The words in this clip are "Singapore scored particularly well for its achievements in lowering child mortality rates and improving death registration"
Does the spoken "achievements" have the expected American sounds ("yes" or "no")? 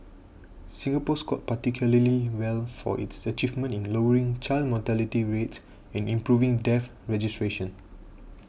no